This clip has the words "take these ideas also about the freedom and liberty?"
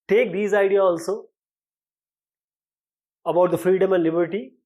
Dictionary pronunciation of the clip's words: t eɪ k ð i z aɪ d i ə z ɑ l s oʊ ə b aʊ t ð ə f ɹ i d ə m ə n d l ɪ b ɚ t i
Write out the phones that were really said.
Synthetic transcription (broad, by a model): t eɪ k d i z aɪ d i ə ɑ l s oʊ ə b aʊ t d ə f ɹ i d ə m ə n d l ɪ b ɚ t i